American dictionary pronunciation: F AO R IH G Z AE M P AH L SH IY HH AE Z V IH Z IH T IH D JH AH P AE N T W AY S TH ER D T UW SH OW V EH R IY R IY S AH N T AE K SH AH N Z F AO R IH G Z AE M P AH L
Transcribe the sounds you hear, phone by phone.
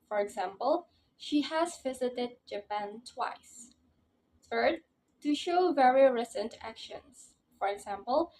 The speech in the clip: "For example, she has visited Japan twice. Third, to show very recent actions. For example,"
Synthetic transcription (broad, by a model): F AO R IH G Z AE M P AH L SH IY HH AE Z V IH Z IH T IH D JH AH P AE N T W AY S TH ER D T UW SH OW V EH R IY R IY S AH N T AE K SH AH N S F AO R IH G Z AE M P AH L